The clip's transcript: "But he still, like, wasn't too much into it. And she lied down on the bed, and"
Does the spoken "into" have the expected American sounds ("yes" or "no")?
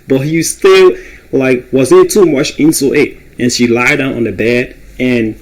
no